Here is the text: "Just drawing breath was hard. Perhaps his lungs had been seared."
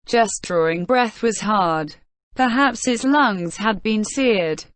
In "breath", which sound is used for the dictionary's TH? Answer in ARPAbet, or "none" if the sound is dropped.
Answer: TH